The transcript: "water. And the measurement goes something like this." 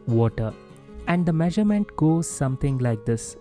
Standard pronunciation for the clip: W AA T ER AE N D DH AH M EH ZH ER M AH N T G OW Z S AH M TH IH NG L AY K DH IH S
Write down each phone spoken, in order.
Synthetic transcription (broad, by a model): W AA T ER AE N D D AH M EH ZH ER M AH N T G OW Z S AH M T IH NG L AY K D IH S